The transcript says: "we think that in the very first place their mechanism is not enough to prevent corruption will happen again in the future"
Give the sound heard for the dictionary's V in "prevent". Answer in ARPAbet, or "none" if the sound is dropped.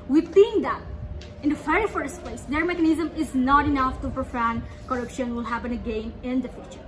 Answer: F